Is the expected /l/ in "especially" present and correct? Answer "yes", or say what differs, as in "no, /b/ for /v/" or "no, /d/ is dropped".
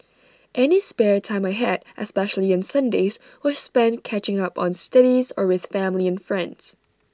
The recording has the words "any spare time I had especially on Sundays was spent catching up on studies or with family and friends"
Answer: yes